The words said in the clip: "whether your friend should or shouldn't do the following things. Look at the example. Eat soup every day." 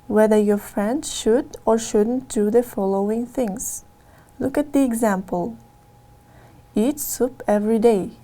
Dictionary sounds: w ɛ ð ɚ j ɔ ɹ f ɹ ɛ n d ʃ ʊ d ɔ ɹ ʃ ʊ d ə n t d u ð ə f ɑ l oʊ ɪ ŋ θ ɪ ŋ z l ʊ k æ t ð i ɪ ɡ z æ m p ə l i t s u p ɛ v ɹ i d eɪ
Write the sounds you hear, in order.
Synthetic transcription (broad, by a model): w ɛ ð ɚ j ɔ ɹ f ɹ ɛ n d ʃ ʊ d ɔ ɹ ʃ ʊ d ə n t d u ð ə f ɑ l oʊ ɪ ŋ θ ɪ ŋ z l ʊ k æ t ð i ɪ ɡ z æ m p ə l i t s u p ɛ v ɹ i d eɪ